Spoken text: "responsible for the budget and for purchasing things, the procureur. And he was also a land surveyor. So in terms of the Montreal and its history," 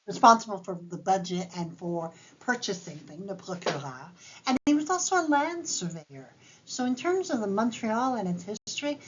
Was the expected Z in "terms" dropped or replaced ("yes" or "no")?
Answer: no